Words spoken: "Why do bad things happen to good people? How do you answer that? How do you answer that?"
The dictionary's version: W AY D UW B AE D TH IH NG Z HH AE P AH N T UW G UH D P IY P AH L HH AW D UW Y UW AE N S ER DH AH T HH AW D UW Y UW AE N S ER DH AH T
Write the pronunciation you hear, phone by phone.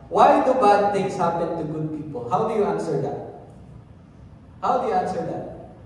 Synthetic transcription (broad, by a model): W AY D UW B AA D T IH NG S HH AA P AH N T UW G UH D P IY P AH HH AW D UW Y UW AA N S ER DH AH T HH AW D UW Y UW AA N S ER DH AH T